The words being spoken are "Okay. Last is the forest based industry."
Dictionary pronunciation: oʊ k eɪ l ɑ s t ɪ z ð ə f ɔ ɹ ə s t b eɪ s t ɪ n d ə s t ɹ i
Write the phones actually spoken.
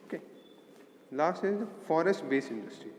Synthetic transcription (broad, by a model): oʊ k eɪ l ɑ s t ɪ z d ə f ɔ ɹ ə s t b eɪ s ɪ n d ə s t ɹ i